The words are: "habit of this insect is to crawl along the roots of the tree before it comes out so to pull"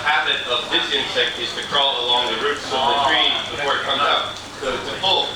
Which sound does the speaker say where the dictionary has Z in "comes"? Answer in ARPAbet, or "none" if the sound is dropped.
none